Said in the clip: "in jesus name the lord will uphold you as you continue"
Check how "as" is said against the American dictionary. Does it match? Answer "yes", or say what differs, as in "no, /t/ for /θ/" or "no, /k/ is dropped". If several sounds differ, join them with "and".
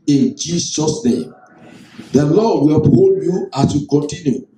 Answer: no, /s/ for /z/